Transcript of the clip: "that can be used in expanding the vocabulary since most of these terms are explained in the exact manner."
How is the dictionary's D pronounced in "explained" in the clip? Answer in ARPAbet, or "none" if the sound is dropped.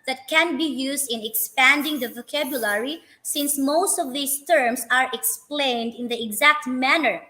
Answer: D